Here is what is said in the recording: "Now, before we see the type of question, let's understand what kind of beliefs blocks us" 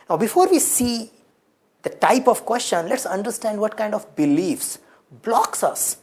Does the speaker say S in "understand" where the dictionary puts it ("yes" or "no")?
yes